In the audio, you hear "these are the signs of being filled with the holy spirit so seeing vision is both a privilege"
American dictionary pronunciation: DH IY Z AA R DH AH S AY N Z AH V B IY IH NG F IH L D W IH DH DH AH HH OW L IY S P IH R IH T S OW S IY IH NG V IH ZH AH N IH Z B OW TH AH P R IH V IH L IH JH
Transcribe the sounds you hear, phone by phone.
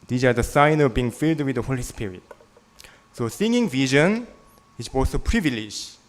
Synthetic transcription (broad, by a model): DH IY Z AA R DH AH S AY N AH V B IY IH NG F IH L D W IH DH DH AH HH OW L IY S P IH R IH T S OW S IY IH NG V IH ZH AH N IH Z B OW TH AH P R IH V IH L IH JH